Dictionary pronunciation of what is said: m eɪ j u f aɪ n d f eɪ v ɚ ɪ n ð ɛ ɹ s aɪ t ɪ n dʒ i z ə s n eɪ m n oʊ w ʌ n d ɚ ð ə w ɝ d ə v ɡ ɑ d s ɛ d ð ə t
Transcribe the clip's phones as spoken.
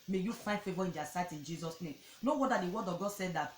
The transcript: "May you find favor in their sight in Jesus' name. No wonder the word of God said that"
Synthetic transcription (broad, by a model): m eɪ j u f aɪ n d f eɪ v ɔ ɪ n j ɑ s aɪ t ɪ n dʒ i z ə s n eɪ m n oʊ w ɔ d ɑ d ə w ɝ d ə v ɡ ɑ d s ɛ d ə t